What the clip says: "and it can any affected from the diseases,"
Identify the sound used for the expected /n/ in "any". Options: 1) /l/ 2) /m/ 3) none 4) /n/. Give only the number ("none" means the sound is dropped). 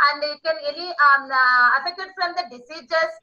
1